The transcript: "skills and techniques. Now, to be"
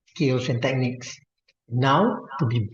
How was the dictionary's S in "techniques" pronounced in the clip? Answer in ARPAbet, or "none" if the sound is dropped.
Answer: S